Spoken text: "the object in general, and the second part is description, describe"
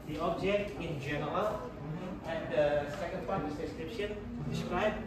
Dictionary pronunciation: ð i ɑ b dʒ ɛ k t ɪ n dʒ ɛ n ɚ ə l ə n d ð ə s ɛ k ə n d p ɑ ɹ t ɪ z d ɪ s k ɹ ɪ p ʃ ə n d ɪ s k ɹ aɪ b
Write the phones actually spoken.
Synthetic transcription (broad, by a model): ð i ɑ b dʒ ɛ k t ɪ n dʒ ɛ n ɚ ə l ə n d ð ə s ɛ k ə n d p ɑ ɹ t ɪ s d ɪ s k ɹ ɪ p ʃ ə n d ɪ s k ɹ aɪ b